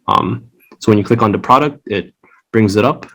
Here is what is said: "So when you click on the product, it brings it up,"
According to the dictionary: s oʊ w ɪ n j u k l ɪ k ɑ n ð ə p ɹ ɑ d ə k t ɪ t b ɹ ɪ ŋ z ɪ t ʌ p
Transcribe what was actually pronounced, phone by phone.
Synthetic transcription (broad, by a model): s oʊ w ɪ n j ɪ k l ɪ k n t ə p ɹ ɑ d ə k t ɪ t b ɹ ɪ ŋ z ɪ t ʌ p